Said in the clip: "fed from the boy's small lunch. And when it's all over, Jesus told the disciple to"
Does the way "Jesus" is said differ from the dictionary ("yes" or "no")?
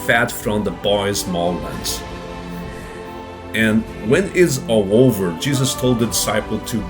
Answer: no